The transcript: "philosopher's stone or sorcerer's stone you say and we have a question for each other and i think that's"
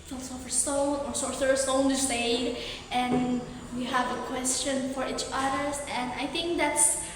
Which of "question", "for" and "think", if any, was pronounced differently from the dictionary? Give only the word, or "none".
none